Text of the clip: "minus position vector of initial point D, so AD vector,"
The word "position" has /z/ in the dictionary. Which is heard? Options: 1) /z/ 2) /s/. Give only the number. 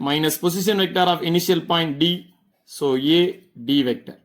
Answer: 2